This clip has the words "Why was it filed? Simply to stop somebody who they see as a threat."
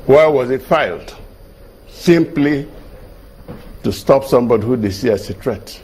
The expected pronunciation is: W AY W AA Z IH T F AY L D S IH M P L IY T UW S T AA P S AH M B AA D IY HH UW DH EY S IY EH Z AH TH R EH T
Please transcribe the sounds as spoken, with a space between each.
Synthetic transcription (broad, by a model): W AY W AA Z IH T F AY L D S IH M P L IY T UW S T AA P S AH M B AA D IY HH UW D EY S IY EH S AH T R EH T